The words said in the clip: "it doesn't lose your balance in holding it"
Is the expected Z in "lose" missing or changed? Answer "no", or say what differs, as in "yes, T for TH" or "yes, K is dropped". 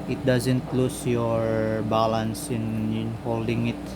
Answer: yes, S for Z